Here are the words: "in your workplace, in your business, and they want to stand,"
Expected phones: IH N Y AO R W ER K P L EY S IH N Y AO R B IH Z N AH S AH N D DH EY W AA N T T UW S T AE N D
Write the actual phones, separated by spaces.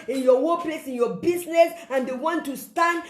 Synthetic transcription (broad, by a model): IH N Y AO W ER P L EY S IH N Y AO B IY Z N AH S AH N D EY W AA N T T UW S T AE N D